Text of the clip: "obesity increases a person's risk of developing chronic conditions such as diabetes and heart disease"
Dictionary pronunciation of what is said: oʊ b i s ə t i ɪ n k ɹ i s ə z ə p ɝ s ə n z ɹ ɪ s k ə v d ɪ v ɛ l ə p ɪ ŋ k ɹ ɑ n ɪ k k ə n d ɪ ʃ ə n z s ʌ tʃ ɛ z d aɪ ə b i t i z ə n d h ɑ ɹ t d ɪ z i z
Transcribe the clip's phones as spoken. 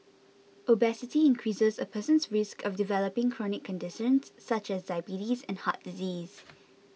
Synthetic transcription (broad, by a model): oʊ b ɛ s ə t i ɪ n k ɹ i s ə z ə p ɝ s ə n s ɹ ɪ s k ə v d ɪ v ɛ l ə p ɪ ŋ k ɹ ɑ n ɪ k k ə n d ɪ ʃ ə n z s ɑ tʃ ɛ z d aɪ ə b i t i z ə n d h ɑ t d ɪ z i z